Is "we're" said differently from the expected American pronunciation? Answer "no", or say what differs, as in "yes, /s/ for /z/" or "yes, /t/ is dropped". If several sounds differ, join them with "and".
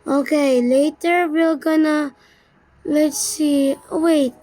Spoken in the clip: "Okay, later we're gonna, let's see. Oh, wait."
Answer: yes, /l/ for /ɹ/